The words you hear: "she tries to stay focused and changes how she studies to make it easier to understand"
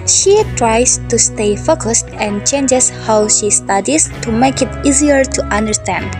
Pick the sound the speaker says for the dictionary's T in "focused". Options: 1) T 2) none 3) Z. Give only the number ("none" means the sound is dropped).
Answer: 1